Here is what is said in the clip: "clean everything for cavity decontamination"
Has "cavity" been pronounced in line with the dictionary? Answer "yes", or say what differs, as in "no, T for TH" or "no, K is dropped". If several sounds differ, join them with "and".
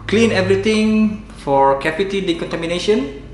no, P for V